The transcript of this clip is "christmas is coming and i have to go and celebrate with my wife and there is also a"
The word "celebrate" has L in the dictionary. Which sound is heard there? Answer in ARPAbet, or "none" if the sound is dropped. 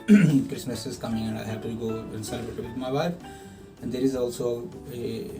none